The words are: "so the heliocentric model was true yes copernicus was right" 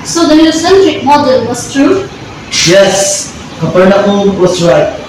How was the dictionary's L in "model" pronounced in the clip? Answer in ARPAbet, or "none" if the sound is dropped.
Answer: N